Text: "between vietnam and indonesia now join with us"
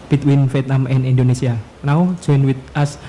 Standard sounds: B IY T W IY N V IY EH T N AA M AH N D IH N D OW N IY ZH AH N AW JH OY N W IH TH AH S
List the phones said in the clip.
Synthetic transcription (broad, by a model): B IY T W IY N F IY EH T N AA M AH N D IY N D OW N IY S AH N AW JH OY N W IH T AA S